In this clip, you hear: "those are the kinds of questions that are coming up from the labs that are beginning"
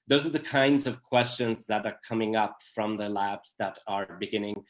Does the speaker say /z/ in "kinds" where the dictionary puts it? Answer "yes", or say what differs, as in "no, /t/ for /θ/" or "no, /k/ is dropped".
yes